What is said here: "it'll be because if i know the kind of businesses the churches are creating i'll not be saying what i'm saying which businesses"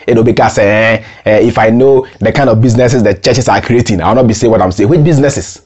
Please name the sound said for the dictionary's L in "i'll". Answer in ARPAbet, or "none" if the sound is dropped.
W